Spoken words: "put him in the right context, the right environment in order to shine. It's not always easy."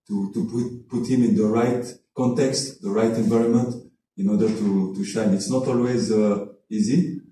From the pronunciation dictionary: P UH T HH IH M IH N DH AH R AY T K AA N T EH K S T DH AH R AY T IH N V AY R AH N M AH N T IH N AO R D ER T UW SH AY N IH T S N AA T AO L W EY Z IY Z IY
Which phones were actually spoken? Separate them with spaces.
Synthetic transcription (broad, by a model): P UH T HH IH M IH N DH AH R AY T K AA N T EH K S T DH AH R AY T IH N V AY R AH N M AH N T IH N AO R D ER T UW SH AY N IH T S N AA T AO L W EY Z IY Z IY